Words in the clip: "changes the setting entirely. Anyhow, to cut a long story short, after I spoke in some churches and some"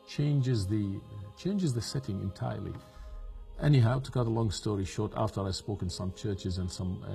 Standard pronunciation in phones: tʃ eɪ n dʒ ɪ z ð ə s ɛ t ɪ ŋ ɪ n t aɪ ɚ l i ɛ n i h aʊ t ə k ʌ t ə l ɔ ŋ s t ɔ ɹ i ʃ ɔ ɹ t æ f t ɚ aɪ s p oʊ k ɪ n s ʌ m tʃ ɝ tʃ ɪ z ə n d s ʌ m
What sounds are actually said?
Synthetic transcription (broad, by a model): tʃ eɪ n dʒ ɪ z ð ə s ɛ t ɪ ŋ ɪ n t aɪ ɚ l i ɛ n i h aʊ t ə k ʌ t ə l ɔ ŋ s t ɔ ɹ i ʃ ɔ ɹ t æ f t ɚ aɪ s p oʊ k ɪ n s ʌ m tʃ ɝ tʃ ɪ z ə n s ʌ m